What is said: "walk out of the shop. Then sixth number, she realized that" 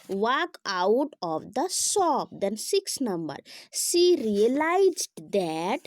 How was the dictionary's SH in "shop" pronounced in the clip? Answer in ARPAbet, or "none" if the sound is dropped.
S